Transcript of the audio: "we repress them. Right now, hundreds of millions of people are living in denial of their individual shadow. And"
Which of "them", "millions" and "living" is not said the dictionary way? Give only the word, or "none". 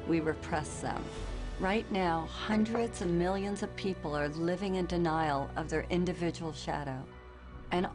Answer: none